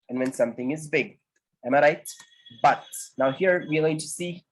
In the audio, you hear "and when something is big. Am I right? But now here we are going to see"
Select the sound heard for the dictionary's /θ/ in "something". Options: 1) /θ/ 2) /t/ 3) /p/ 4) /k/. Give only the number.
1